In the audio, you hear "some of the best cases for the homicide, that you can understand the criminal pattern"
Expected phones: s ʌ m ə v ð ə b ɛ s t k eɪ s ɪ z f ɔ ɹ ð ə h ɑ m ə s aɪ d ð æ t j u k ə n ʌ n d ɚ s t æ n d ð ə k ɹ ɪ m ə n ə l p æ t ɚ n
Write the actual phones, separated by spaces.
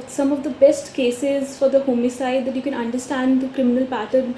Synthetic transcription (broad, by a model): s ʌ m ə v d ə b ɛ s t k eɪ s ɪ z f ɔ ɹ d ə h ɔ m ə s aɪ d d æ t j u k ə n ʌ n d ɚ s t æ n d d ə k ɹ ɪ m ə n ə l p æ t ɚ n